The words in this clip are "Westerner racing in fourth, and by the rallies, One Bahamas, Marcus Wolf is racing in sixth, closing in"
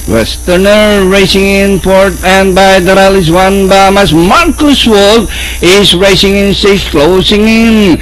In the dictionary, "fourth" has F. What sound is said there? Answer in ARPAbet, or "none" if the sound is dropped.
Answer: P